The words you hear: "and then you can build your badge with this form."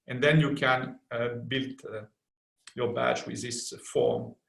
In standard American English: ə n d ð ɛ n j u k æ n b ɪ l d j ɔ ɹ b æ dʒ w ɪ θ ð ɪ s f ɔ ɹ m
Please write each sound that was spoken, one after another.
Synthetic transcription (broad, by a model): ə n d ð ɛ n j u k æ n b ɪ l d j ɔ ɹ b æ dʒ w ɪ ð ɪ s f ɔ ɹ m